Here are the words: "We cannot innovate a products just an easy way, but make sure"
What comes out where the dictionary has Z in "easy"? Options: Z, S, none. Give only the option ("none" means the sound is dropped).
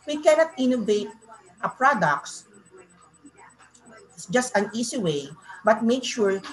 S